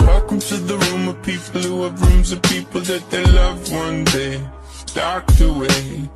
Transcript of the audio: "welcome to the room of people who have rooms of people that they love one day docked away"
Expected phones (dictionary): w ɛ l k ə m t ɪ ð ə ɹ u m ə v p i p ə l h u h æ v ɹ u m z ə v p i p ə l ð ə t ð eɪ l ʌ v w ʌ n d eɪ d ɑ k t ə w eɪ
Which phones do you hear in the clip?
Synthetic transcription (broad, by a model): w ɛ l k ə m t ɪ ð ə ɹ u m ə v p i p l h u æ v ɹ u m z ə v p i p l ð ə t ð eɪ l ʌ v w ʌ n d eɪ d ɑ k t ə w eɪ